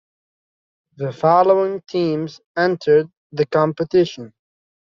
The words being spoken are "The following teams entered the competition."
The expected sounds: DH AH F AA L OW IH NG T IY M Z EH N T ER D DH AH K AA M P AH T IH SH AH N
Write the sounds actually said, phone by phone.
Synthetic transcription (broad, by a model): DH AH F AA L OW IH NG T IY M Z EH N T ER D DH AH K AA M P AH T IH SH AH N